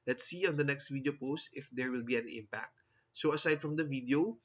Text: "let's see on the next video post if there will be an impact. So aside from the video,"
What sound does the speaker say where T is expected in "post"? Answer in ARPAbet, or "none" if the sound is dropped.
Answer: T